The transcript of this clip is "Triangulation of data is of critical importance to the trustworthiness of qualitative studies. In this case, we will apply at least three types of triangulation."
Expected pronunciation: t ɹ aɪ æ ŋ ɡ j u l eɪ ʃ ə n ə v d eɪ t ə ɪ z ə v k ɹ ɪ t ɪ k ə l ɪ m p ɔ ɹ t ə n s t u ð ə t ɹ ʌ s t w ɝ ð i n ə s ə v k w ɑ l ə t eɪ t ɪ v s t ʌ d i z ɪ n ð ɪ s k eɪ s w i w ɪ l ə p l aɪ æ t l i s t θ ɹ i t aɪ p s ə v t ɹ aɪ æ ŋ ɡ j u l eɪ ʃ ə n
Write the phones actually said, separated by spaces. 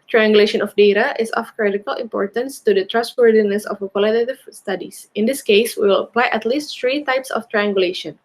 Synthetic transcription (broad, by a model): t ɹ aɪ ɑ ŋ ɡ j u l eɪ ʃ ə n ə f d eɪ t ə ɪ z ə f k ɹ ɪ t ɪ k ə l ɪ m p ɔ ɹ t ə n s t u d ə t ɹ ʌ s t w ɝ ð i n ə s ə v k w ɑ l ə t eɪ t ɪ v s t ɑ d i s ɪ n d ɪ s k eɪ s w i w ɪ l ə p l aɪ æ t l i s t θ ɹ i t aɪ p s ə f t ɹ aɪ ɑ ŋ ɡ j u l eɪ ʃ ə n